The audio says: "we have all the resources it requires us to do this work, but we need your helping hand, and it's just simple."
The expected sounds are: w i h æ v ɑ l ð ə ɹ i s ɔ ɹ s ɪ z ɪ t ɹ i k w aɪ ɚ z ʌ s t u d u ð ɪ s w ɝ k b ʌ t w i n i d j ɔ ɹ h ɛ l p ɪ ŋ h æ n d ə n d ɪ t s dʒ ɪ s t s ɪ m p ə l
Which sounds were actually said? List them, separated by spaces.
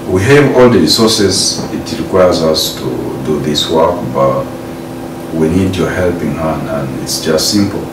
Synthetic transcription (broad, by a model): w i h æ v ɑ l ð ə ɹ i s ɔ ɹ s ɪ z ɪ t ɹ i k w aɪ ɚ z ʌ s t u d u ð ɪ s w ɝ k b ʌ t w i n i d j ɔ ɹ h ɛ l p ɪ ŋ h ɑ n ə n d ɪ t s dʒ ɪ s t s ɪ m p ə l